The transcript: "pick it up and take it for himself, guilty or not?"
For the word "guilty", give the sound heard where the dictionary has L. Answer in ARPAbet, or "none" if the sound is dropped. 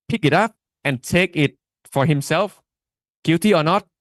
none